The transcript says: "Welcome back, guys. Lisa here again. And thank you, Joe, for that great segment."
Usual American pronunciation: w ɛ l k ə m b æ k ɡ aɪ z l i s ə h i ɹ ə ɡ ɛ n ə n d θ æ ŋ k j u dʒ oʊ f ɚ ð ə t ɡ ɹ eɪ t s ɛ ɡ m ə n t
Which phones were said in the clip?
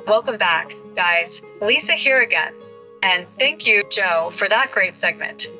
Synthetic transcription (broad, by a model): w ɛ l k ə m b æ k ɡ aɪ z l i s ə h i ɹ ə ɡ ɛ n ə n θ æ ŋ k j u dʒ oʊ f ɚ ð ə t ɡ ɹ eɪ t s ɛ ɡ m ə n t